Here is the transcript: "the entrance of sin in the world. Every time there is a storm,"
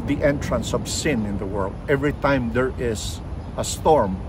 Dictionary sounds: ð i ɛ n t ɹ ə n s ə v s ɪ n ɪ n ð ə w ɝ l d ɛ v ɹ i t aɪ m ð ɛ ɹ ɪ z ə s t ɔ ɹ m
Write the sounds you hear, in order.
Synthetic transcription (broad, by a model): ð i ɛ n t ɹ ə n s ə v s ɪ n ɪ n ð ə w ɝ l d ɛ v ɹ i t aɪ m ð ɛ ɹ ɪ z ə s t ɔ ɹ m